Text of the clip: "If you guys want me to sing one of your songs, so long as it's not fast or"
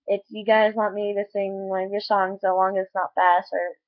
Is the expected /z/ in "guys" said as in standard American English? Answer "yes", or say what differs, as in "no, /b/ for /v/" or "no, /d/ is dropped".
yes